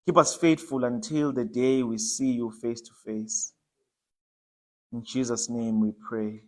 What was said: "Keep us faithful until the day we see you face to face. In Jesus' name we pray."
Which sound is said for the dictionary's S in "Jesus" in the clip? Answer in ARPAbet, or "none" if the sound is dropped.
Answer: S